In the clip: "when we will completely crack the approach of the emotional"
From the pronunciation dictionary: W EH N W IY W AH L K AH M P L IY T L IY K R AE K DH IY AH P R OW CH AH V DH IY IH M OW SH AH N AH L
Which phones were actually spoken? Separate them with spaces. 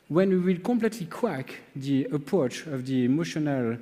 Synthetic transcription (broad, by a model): W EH N W IY W AH L K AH M P L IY T L IY K W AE K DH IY AH P R OW CH AH V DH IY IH M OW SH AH N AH L